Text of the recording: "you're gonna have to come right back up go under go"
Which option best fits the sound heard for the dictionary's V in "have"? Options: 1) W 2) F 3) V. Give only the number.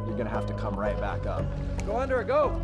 2